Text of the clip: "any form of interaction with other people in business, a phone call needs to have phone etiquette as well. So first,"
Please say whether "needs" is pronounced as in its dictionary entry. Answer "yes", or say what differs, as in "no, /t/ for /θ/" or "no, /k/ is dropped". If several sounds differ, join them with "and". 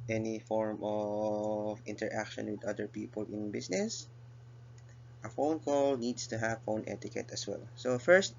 no, /s/ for /z/